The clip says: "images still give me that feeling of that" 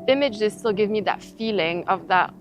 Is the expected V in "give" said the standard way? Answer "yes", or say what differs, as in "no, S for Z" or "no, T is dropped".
yes